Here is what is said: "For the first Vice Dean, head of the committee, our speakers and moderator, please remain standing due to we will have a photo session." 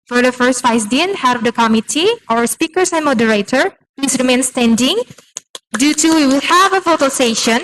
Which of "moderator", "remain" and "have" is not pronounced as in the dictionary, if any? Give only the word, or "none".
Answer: none